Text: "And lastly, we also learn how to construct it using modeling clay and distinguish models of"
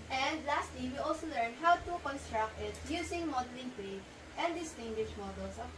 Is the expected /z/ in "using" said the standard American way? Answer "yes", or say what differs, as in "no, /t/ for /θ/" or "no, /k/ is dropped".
no, /s/ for /z/